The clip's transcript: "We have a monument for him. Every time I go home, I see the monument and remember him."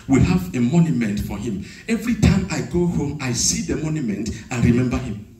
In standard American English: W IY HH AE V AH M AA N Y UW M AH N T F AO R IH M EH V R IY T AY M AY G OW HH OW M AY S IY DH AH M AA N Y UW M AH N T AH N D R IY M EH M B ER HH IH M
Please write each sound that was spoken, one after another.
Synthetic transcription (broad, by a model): W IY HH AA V AH M AA N Y UW M AH N T F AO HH IH M EH V R IY T AY M AY G OW HH OW M AY S IY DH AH M AA N Y UW M AH N T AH N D R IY M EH M B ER HH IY M